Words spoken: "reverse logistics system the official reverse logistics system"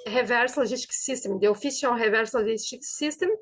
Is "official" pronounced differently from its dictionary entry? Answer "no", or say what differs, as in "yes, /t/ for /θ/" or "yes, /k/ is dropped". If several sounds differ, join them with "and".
yes, /s/ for /ʃ/